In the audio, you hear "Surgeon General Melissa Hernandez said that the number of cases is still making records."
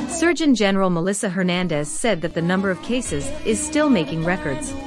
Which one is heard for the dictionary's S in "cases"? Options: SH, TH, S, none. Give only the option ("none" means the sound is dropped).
S